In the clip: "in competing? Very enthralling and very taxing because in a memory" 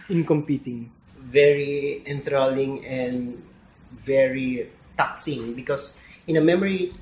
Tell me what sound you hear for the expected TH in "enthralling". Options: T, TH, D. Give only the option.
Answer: T